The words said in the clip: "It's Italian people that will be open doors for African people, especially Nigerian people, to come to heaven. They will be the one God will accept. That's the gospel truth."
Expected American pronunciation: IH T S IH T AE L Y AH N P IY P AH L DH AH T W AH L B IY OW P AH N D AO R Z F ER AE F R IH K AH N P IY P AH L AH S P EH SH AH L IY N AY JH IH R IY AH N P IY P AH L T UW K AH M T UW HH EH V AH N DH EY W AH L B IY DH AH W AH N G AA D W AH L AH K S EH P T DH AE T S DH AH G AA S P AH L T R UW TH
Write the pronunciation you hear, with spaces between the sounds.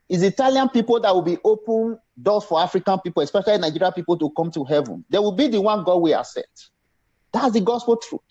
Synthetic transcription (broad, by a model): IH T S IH T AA L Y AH N P IY P AH L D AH T W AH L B IY OW P AH N D AO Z F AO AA F R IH K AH N P IY P AH L AH S P EH SH AH L IY N AY JH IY R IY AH P IY P AH L T UW K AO M T UW HH EH V AH N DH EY W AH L B IY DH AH W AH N G AA D W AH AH S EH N T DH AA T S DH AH G AA S P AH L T R UW